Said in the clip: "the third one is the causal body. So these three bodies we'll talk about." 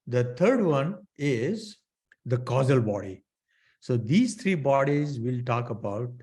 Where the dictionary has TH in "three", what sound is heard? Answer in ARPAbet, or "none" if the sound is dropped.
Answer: T